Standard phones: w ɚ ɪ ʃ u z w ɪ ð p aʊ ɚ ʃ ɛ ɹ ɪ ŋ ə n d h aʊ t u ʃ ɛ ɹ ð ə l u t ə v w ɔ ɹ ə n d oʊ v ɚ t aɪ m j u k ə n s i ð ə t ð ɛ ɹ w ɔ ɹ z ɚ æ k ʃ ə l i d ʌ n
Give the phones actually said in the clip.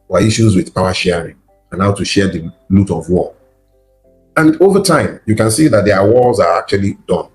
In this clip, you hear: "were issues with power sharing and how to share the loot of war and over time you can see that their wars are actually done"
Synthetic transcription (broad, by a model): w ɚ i ʃ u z w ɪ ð p aʊ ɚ ʃ ɛ ɹ ɪ ŋ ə n h aʊ t u ʃ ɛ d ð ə l u t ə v w ɔ l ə n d oʊ v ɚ t aɪ m j u k ə n s i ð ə t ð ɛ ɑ w ɔ l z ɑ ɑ k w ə l i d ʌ n